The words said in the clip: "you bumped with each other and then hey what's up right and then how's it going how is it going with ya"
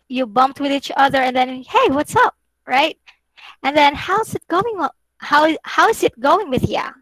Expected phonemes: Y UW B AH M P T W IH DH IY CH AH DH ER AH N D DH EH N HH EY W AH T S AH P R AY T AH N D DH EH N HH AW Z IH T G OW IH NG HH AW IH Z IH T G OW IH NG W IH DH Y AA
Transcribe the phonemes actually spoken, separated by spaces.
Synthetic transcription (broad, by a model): Y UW B AH M P T W IH DH IY CH AH DH ER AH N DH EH N HH EY W AH T S AH P R AY T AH N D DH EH N HH AW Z IH T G OW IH NG HH AW IH Z IH T G OW IH NG W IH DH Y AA